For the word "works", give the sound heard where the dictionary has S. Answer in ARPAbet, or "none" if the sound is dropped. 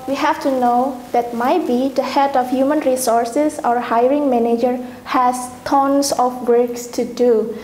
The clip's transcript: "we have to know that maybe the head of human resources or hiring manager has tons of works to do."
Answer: S